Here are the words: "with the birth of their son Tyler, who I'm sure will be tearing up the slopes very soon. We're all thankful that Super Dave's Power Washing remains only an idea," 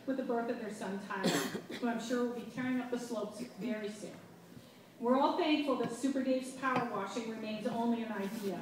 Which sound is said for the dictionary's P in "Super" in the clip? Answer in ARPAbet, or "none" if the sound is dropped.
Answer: P